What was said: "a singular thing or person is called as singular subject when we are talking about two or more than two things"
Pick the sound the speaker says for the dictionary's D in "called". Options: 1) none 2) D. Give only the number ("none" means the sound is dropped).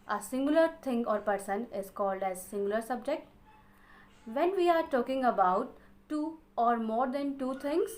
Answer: 2